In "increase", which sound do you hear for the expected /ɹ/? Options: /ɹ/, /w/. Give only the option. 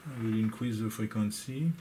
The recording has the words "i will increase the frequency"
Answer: /w/